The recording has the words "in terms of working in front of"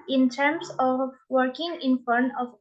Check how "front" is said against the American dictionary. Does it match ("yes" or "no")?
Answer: no